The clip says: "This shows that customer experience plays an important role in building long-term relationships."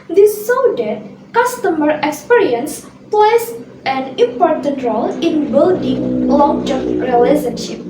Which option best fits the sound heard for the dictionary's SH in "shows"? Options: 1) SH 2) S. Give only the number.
2